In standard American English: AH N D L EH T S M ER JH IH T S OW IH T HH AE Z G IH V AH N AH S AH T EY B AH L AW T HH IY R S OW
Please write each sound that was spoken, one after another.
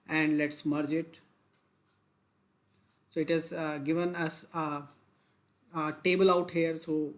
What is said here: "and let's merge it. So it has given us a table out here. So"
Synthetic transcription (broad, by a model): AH N D L EH T S M ER JH IH T S OW IH T HH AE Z G IH V AH N AH S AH T EY B AH L AW T HH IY R S OW